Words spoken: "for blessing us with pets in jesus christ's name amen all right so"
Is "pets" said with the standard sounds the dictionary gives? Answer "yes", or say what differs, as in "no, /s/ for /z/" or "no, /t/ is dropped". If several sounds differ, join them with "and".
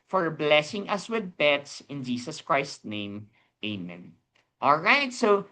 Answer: no, /b/ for /p/